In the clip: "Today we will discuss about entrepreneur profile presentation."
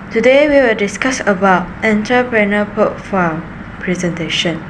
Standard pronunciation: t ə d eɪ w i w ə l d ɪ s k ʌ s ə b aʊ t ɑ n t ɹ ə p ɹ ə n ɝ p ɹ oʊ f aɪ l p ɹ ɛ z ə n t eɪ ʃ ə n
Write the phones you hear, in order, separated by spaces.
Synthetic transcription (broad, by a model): t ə d eɪ w i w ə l d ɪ s k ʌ s ə b aʊ t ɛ n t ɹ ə p ɹ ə n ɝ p oʊ f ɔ p ɹ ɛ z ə n t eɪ ʃ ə n